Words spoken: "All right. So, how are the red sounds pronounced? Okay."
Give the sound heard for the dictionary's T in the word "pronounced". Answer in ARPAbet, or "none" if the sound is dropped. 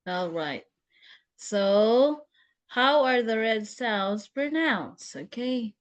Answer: none